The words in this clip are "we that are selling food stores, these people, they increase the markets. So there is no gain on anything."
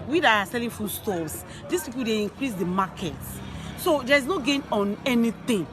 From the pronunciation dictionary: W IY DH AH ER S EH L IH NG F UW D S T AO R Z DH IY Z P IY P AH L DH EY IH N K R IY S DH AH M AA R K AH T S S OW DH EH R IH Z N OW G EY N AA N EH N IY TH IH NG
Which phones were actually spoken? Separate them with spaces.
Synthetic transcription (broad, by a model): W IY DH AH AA S EH L IH NG F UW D S T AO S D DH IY S P IY P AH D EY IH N K R IY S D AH M AA K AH T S S OW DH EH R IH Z N OW G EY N AA N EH N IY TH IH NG